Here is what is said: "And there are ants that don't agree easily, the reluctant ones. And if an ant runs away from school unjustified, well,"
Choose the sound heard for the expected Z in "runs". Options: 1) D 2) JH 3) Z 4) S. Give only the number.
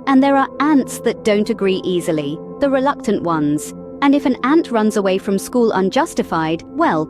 3